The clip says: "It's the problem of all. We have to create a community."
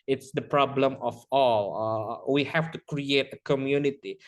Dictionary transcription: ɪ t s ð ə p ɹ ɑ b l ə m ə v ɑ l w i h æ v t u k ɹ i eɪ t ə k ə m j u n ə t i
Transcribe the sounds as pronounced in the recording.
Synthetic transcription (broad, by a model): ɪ t s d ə p ɹ ɑ b l ə m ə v ɑ l w i h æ f t u k ɹ i eɪ t ə k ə m j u n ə t i